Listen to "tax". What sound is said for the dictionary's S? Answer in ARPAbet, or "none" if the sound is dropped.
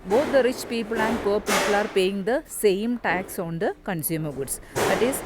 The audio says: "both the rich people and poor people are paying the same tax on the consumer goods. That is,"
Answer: S